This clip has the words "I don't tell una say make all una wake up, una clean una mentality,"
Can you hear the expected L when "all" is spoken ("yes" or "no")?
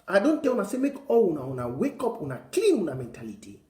no